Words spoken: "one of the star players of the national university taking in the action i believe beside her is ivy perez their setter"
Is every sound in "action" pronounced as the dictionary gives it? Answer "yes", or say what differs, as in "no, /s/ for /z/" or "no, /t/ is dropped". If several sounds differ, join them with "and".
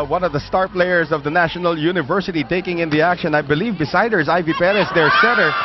yes